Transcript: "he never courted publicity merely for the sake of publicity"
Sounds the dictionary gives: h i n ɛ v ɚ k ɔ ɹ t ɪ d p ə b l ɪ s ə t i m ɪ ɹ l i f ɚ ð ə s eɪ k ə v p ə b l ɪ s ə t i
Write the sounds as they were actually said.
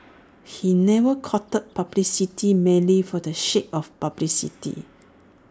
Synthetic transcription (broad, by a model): h i n ɛ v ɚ k ɔ t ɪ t p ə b l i s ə t i m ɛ l i f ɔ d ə ʃ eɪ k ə f p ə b l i s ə t i